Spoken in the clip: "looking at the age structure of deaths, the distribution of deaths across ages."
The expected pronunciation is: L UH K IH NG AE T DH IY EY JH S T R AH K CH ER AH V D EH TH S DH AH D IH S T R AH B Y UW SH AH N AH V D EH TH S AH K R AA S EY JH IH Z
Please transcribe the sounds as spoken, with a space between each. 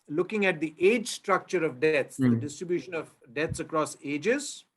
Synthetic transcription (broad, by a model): L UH K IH NG AE T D IY EY JH S T R AH K CH ER AH V D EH T S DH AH D IH S T R AH B Y UW SH AH N AH V D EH T S AH K R AA S EY JH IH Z